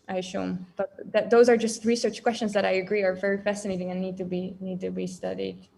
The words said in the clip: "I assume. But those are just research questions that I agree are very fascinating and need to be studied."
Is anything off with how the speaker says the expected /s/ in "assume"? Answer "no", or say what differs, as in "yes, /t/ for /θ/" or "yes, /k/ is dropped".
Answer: yes, /ʃ/ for /s/